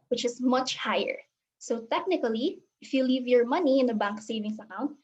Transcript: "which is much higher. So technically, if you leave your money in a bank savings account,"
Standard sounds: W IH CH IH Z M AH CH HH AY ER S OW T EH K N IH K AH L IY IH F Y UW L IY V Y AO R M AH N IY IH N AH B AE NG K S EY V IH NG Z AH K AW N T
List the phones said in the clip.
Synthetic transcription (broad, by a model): W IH CH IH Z M AH CH HH AY ER S OW T EH K N IH K AH L IY IH F Y UW L IY V Y AO R M AH N IY IH N AH B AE NG K S EY V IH NG S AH K AW N T